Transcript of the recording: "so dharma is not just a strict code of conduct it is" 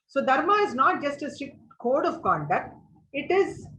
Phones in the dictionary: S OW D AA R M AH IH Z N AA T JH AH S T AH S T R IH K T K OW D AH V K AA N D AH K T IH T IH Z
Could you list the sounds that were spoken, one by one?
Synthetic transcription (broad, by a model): S OW D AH R M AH IH Z N AA T JH AH S T AH S T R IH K T K OW D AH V K AA N D AH K T IH T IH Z